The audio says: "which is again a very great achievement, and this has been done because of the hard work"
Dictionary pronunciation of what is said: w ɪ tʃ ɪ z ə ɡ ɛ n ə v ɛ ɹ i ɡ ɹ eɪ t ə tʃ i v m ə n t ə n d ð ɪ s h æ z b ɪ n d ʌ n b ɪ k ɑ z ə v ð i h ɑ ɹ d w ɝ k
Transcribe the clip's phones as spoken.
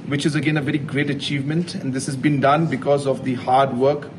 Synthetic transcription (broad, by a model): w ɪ tʃ ɪ z ə ɡ ɛ n ə v ɛ ɹ i ɡ ɹ eɪ t ə tʃ i v m ə n t ə n d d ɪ s h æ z b ɪ n d ʌ n b ɪ k ɑ z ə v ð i h ɑ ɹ d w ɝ k